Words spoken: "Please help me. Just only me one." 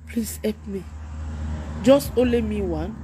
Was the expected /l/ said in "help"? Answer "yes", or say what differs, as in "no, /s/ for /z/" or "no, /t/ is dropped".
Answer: no, /l/ is dropped